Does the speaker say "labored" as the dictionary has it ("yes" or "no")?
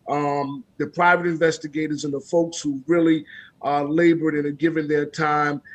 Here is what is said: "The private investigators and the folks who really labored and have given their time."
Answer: yes